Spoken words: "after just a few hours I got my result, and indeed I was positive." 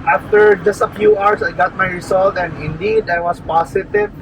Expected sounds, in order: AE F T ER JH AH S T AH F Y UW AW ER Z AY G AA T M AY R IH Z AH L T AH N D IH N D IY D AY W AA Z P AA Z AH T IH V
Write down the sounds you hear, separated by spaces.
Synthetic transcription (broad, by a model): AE F T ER JH AH S T AH F Y UW AW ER S AY G AA T M AY R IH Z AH L T AH N D IH N D IY D AY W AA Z P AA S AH T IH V